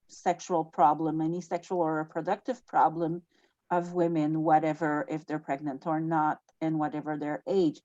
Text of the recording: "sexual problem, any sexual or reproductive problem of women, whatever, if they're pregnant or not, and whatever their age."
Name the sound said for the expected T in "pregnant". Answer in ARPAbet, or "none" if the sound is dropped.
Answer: T